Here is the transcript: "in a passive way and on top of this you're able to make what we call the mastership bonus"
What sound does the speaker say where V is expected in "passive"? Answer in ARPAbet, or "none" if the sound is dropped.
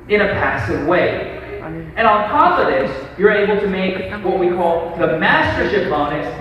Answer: V